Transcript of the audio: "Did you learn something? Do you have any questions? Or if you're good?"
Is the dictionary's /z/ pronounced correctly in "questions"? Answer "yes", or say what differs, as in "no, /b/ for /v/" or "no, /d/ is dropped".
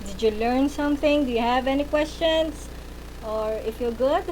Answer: no, /s/ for /z/